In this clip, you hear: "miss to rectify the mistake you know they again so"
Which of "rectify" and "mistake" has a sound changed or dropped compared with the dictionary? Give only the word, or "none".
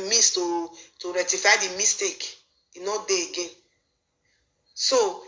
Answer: rectify